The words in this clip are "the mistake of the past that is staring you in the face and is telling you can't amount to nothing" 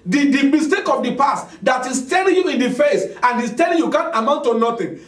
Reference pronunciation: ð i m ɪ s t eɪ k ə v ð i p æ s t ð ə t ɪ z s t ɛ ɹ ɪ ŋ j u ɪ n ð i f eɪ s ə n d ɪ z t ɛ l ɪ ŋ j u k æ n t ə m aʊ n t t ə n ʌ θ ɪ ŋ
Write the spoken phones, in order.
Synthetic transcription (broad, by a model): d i m ɪ s t eɪ k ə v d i p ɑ s t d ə t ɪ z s t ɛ l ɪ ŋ j u ɪ n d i f eɪ s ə n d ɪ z t ɛ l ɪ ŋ j u k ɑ n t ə m aʊ n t t ə n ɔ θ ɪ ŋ